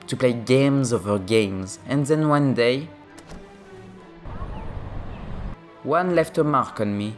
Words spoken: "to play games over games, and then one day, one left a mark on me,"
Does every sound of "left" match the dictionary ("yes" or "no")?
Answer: yes